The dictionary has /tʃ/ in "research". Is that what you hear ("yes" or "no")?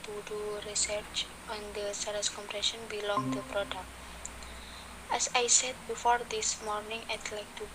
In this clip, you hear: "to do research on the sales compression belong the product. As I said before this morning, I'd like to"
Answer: yes